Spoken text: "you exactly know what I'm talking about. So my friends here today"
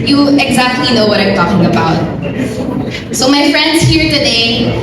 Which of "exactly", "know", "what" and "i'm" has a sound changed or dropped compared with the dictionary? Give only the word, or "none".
none